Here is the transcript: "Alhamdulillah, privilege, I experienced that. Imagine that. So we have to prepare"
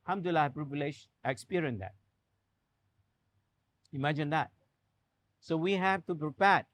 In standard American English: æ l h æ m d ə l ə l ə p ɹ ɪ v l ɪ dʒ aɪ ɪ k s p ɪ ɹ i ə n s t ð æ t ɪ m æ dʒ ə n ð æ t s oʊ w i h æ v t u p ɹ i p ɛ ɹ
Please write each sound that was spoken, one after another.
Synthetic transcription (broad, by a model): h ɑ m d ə l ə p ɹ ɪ b l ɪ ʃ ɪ k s p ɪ ɹ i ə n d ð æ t ɪ m æ dʒ ə n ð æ t s oʊ w i h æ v t u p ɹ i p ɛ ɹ